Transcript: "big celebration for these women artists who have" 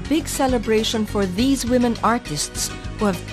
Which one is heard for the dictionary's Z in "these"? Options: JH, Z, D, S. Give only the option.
Z